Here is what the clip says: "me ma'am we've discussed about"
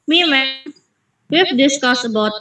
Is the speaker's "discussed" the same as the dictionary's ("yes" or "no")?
no